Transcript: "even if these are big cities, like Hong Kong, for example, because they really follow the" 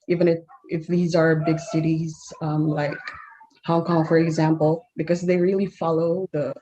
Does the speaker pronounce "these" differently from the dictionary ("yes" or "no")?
no